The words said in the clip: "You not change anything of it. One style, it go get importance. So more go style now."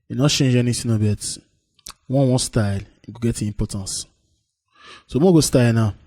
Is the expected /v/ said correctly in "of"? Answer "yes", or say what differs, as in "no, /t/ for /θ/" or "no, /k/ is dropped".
no, /b/ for /v/